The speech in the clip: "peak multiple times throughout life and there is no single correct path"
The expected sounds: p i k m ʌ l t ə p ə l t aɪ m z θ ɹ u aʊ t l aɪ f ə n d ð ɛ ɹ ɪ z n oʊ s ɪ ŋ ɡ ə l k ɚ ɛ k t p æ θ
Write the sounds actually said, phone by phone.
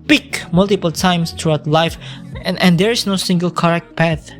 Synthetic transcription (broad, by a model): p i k m ʌ l t ə p ə l t aɪ m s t ɹ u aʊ t l aɪ f ə n d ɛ ɹ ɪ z n oʊ s ɪ ŋ ɡ ə l k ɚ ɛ k t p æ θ